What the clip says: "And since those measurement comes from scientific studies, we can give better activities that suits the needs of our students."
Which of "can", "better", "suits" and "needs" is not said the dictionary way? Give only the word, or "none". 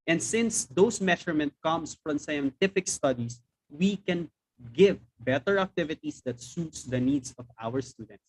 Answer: needs